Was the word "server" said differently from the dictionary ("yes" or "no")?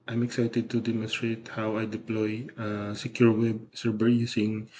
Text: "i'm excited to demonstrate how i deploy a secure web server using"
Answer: yes